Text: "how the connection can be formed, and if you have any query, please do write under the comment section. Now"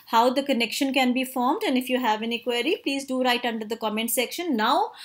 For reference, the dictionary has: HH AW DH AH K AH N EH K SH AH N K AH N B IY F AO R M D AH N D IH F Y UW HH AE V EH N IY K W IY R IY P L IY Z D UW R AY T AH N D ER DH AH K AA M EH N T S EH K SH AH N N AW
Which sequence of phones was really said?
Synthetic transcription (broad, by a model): HH AW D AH K AH N EH K SH AH N K AH N B IY F AO R M D AH N D IH F Y UW HH AE V EH N IY K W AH R IY P L IY Z D UW R AY T AH N D ER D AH K AA M EH N T S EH K SH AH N N AW